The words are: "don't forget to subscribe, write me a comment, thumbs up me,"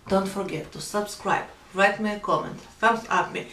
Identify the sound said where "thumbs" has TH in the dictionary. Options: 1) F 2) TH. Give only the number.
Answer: 1